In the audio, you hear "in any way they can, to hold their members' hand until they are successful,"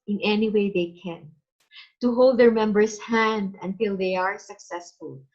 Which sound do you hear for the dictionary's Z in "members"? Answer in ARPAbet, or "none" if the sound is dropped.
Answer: S